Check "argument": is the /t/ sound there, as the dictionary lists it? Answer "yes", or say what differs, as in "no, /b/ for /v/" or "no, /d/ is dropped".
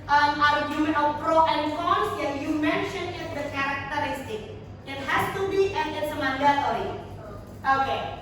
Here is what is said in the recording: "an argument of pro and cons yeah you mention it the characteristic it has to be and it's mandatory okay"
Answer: no, /t/ is dropped